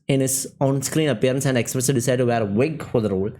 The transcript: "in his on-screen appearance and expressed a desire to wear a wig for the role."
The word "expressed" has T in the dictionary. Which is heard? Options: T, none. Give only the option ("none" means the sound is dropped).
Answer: none